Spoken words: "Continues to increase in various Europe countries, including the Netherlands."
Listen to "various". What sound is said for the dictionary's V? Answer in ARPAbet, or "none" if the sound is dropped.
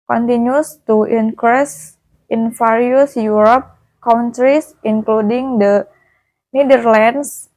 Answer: F